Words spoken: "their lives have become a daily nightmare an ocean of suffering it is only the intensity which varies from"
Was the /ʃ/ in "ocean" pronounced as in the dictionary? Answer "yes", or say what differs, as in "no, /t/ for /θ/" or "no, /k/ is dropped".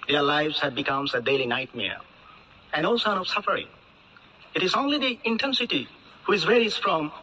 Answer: no, /s/ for /ʃ/